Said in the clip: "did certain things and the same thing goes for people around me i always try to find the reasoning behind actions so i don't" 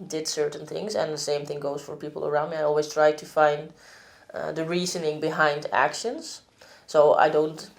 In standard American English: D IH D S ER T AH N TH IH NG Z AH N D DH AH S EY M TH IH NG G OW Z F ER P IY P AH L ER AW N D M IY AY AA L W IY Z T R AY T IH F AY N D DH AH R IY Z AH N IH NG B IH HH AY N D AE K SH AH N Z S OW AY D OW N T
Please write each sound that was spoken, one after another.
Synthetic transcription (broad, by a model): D IH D S ER T N TH IH NG Z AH N DH AH S EY M TH IH NG G OW Z F ER P IY P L ER AW N D M IY AY AA L W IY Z T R AY T IH F AY N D DH AH R IY Z AH N IH NG B IH HH AY N D AE K SH AH N Z S OW AY D OW N T